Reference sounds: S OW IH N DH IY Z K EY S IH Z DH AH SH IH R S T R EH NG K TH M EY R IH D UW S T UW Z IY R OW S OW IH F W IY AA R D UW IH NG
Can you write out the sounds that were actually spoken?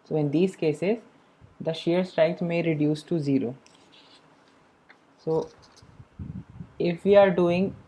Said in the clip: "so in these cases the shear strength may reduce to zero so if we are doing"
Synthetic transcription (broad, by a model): S OW IH N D IY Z K EY S IH Z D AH SH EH R S T R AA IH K S M EY R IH D UW S T UW Z IY R OW S OW IH F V IY AA R D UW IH NG